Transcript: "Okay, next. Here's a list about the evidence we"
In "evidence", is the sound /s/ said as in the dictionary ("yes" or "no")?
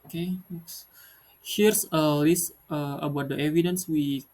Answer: yes